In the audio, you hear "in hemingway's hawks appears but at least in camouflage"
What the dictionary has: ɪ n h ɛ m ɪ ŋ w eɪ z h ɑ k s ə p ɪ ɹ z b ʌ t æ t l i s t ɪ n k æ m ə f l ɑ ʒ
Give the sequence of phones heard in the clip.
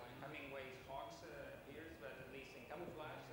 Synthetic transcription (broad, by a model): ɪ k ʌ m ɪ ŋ w eɪ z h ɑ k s ə p ɪ ɹ z b ʌ t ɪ t l i s t ɪ n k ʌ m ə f l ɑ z